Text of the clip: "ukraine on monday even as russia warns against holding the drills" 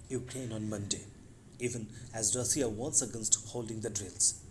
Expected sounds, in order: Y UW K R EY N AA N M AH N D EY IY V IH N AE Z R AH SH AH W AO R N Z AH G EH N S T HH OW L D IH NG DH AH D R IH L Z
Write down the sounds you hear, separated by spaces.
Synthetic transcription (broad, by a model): Y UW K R EY N AA N M AH N D EY IY V IH N AE Z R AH S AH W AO N S AH G EH N S T HH OW L D IH NG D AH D R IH L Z